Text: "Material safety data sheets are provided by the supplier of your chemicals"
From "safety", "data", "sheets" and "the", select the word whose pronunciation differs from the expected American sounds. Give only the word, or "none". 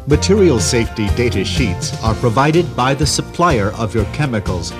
none